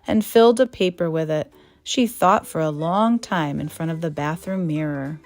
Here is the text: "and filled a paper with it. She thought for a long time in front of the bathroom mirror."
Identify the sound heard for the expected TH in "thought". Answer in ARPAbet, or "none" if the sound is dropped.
TH